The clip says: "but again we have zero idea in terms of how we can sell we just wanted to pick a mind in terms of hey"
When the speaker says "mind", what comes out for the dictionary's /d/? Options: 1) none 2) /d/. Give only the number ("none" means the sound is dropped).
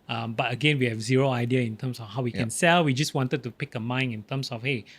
1